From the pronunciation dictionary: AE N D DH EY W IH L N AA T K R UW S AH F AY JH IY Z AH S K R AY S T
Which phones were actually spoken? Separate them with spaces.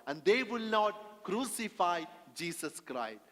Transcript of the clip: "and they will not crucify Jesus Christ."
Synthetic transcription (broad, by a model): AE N D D EY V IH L N AA T K R UW S AH F AY JH IY S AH S K R AY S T